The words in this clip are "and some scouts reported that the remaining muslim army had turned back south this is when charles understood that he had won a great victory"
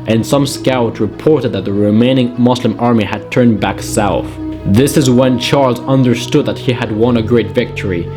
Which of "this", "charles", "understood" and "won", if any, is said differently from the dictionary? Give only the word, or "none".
none